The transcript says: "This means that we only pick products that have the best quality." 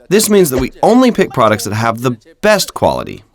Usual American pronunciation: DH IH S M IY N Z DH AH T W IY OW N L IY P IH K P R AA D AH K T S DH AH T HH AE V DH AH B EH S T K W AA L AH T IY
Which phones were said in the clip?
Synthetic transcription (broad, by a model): DH IH S M IY N Z DH AH T W IY OW N L IY P IH K P R AA D AH K T S DH AH T HH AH V DH AH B EH S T K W AA L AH T IY